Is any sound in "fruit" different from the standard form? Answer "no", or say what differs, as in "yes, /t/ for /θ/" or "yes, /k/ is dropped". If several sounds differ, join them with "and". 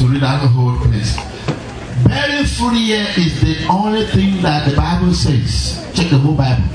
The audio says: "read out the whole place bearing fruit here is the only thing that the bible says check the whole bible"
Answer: yes, /ɹ/ is dropped